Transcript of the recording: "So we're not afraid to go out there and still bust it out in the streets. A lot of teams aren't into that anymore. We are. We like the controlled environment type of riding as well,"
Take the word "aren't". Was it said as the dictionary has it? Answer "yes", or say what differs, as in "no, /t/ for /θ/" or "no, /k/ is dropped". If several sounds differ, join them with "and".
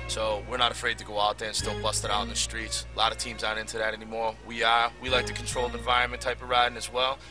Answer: no, /n/ is dropped